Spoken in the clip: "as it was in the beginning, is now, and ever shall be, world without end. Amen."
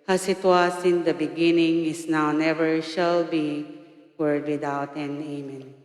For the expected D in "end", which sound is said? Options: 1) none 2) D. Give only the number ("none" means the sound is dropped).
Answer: 1